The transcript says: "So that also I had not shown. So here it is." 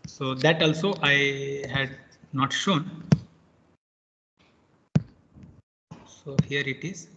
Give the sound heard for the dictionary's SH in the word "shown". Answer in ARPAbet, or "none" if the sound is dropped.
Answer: SH